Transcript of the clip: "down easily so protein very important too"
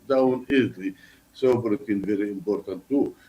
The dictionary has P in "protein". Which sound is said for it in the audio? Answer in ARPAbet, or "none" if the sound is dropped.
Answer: B